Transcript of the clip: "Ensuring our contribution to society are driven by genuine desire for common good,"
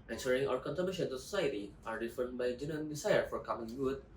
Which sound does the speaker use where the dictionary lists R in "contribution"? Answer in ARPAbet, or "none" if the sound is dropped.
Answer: none